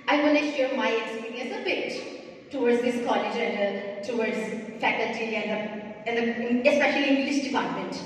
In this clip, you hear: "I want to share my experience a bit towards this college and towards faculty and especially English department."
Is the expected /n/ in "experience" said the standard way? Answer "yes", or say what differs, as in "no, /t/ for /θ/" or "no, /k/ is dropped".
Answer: no, /n/ is dropped